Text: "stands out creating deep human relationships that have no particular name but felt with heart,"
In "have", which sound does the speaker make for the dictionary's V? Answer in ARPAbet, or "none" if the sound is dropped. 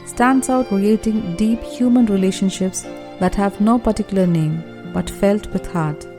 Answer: V